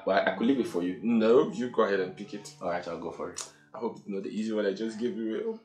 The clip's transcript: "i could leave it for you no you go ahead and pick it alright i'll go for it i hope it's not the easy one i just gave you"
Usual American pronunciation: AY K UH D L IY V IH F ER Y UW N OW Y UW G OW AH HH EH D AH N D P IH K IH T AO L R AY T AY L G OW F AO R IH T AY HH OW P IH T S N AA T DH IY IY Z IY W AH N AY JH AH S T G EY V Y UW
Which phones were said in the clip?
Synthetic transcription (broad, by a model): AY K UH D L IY B IH F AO Y UW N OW Y UW G OW AH HH EH D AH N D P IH K IH T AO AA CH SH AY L G OW F AO R IH T AY HH OW P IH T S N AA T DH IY IY Z IY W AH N AY JH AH S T G EY V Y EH